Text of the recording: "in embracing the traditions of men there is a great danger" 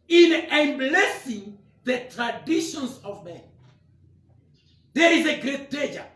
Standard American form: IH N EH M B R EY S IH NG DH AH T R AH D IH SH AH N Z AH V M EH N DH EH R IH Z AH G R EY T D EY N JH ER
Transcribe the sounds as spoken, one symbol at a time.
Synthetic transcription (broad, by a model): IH N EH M B L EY S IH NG DH AH T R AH D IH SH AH N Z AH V M EH N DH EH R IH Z AH G R EY T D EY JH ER